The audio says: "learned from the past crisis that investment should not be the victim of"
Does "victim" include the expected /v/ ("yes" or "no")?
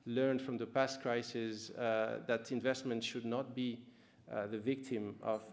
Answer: yes